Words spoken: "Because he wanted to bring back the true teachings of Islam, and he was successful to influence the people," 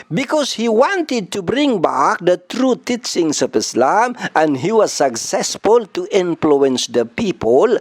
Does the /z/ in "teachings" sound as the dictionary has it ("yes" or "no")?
no